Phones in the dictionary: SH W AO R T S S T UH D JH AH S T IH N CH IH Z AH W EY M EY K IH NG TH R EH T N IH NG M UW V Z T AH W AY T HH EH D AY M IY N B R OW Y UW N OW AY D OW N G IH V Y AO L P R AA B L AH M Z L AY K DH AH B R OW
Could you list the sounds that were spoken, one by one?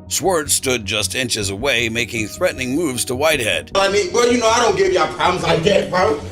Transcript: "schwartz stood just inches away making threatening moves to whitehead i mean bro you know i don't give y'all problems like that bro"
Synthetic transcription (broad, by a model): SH W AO R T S S T UH D JH AH S T IH N CH IH Z AH W EY M EY K IH NG TH R EH T N IH NG M UW V Z T AH W AY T HH EH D AY M IY N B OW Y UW N OW AY D OW N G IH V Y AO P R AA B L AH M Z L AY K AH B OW